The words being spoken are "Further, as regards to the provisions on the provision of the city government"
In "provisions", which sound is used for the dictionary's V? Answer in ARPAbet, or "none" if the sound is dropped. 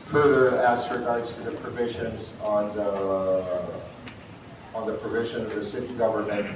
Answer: V